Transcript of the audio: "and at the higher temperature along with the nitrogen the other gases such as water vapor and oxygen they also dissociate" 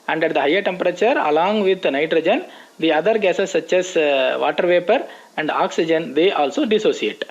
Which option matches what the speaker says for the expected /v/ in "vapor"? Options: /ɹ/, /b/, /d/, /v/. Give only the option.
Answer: /v/